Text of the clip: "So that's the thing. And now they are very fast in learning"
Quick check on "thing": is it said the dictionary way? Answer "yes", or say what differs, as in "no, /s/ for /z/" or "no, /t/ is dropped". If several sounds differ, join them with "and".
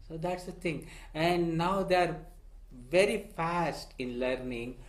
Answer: no, /t/ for /θ/